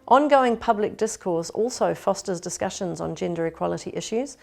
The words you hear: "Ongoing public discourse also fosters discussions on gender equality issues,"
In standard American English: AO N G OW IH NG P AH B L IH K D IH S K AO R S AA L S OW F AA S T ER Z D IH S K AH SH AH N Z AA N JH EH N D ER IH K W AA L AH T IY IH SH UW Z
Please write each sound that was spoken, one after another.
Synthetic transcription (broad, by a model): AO N G OW IH NG P AH B L IH K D IH S K AO S AA L S OW F AA S T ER Z D IH S K AH SH AH N Z N JH EH N D ER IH K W AA L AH T IY IH SH UW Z